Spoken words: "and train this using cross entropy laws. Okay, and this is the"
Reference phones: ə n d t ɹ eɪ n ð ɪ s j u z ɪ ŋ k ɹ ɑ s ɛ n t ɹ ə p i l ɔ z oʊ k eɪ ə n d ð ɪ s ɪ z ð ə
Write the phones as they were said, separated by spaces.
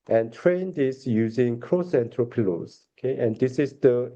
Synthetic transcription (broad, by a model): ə n t ɹ eɪ n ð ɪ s j u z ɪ ŋ k ɹ ɑ s ɛ n t ɹ ə p i l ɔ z oʊ k eɪ ə n d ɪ s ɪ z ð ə